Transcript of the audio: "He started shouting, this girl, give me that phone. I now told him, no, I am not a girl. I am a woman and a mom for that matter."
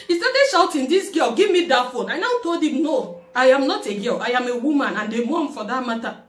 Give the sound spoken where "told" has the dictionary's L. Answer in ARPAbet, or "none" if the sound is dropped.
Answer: L